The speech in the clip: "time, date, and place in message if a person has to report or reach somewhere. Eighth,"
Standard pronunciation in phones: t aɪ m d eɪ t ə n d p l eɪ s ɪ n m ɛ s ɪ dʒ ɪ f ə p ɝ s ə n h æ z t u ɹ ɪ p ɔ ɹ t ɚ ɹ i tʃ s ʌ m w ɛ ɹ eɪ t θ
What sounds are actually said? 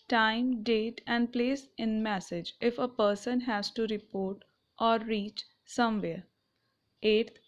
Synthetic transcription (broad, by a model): t aɪ m d eɪ t ə n d p l eɪ s ɪ n m ɛ s ɪ dʒ ɪ f ə p ɝ s ə n h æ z t u ɹ ɪ p ɔ ɹ t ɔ ɹ i tʃ s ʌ m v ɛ ɹ eɪ t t